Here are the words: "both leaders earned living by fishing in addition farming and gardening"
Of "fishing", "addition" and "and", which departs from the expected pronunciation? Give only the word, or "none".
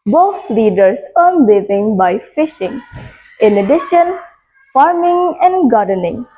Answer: none